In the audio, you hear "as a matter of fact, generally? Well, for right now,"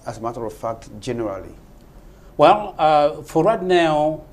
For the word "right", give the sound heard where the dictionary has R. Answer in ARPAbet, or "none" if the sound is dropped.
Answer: W